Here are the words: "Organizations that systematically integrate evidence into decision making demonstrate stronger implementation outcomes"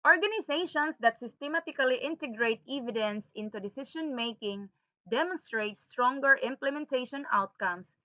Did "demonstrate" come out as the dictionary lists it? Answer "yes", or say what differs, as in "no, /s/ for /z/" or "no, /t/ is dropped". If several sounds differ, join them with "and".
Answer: yes